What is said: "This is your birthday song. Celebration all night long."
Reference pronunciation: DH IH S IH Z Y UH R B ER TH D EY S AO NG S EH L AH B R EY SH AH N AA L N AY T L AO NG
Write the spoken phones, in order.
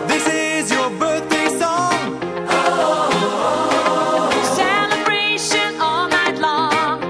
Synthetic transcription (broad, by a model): DH IH S IH Z Y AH R B ER TH D EY S AO NG S EH L AH B R EY SH AH N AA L N AY T L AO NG